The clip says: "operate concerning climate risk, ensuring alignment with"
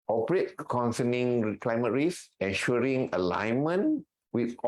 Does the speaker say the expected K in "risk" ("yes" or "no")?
no